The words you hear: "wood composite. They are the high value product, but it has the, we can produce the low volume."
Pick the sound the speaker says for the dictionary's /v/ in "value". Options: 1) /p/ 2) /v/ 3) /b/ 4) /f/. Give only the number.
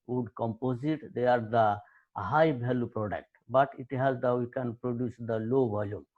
3